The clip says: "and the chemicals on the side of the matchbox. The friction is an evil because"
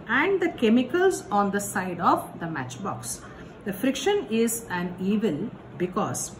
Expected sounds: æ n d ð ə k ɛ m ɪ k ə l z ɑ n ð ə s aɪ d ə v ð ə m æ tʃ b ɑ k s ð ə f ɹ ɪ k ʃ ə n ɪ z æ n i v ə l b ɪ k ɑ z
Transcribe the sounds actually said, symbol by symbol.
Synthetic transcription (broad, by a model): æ n d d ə k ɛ m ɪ k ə l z ɑ n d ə s aɪ d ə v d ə m æ tʃ b ɑ k s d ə f ɹ ɪ k ʃ ə n ɪ z æ n i v ə l b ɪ k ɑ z